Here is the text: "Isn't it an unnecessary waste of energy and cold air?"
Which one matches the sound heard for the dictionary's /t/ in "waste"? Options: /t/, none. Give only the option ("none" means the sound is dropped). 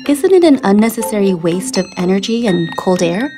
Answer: /t/